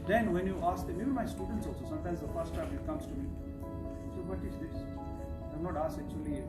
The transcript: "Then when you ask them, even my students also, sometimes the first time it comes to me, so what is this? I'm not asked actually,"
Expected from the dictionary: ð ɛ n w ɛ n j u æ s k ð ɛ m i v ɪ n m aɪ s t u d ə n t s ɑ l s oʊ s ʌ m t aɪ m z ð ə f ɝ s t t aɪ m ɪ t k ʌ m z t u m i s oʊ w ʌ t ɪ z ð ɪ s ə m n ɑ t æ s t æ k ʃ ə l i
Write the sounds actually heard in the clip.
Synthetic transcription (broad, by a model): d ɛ n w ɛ n j u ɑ s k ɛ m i b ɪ m aɪ s t u d ə n t s ɑ l s oʊ s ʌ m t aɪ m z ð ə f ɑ s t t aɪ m ɪ t k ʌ m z t u m i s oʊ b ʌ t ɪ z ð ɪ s ə m n ɑ t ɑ s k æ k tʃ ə l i